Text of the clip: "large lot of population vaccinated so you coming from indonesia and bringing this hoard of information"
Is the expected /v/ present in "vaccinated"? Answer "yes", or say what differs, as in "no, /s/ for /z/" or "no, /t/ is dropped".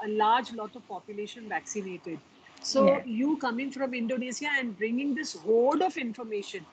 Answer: yes